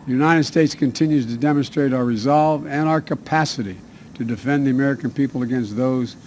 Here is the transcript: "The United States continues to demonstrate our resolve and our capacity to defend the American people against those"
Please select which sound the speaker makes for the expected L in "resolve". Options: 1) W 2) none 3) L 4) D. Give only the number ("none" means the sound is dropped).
3